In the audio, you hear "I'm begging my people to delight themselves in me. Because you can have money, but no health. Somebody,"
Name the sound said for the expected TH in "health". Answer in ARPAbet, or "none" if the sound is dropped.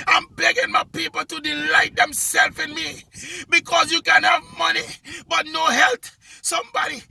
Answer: T